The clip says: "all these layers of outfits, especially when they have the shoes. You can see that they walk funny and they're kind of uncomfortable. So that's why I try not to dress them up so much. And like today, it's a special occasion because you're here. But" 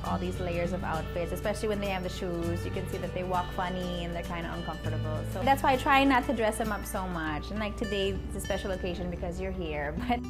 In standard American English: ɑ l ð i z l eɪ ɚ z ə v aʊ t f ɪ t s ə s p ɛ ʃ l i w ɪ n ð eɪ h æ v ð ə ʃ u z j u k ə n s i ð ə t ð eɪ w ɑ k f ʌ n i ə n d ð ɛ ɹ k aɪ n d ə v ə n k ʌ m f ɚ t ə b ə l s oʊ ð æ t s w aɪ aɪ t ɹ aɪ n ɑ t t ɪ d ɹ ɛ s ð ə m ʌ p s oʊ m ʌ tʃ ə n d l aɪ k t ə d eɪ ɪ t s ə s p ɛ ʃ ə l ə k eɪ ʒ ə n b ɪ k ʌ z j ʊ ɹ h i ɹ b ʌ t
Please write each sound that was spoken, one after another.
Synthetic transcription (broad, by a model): ɑ l ð i z l eɪ ɚ z ə v aʊ t f ɪ t s ə s p ɛ ʃ l i w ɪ n ð eɪ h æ v ð ə ʃ u z j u k ə n s i ð ə t ð eɪ w ɑ k f ʌ n i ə n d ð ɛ ɹ k aɪ n d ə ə n k ʌ m f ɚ t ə b l s oʊ ð æ t s w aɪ aɪ t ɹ aɪ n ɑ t t ɪ d ɹ ɛ s ð ə m ʌ p s oʊ m ʌ tʃ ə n l aɪ k t ə d eɪ ɪ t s ə s p ɛ ʃ l ə k eɪ ʒ ə n b ɪ k ʌ z j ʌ ɹ h i ɹ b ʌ t